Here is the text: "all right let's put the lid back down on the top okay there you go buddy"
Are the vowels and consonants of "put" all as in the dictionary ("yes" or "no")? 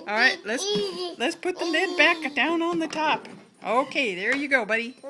yes